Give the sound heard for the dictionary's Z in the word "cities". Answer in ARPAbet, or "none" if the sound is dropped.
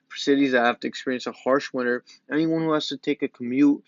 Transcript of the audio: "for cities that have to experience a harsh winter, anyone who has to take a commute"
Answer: Z